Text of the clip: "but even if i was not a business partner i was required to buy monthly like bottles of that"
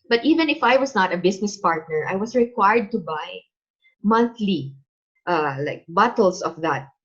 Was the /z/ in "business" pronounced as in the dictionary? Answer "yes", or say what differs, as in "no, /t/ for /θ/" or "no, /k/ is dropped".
no, /s/ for /z/